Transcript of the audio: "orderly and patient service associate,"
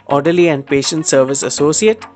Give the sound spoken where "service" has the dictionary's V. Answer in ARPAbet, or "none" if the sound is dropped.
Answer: V